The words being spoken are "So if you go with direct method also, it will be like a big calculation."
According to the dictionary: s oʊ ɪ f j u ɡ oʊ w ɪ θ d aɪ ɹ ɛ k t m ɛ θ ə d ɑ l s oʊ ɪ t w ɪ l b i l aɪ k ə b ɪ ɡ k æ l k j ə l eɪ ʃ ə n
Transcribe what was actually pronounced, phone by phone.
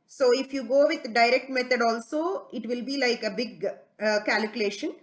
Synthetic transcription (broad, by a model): s oʊ ɪ f j u ɡ oʊ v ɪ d d aɪ ɹ ɛ k t m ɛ t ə d ɑ l s oʊ ɪ t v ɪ l b i l aɪ k ə b ɪ ɡ k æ l k j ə l eɪ ʃ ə n